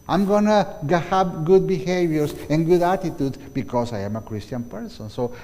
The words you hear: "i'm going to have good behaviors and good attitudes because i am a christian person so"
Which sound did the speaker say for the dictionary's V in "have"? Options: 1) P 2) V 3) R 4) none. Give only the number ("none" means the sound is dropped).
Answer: 1